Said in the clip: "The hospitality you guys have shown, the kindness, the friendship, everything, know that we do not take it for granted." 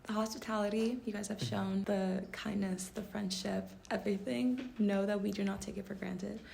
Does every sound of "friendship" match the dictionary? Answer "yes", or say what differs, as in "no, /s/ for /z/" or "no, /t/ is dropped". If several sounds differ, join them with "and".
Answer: yes